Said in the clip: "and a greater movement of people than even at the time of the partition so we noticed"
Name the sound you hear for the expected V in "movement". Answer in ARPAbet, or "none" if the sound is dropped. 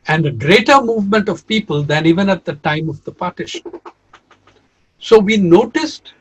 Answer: V